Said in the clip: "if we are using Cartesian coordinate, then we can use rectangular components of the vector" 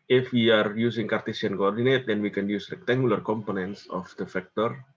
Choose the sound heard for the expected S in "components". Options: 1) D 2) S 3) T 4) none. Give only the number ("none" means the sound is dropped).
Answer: 2